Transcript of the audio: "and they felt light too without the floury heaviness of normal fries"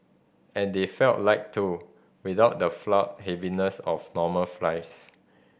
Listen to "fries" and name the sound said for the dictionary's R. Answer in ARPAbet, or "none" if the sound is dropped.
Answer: L